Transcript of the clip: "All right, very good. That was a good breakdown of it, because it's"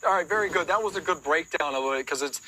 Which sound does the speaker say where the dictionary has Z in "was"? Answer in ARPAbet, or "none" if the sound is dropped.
Z